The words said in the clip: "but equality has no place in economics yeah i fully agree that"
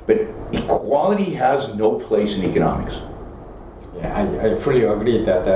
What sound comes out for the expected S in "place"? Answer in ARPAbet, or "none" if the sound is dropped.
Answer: S